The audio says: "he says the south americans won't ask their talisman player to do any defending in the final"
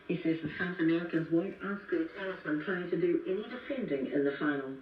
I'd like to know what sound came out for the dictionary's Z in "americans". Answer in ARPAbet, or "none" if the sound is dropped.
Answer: Z